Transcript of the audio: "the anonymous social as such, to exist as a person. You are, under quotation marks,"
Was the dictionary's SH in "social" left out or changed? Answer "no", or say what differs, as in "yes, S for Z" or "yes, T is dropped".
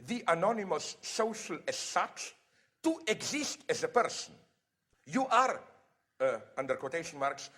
no